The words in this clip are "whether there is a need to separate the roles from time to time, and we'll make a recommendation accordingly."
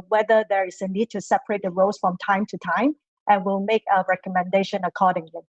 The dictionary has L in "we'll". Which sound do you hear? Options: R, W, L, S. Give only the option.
L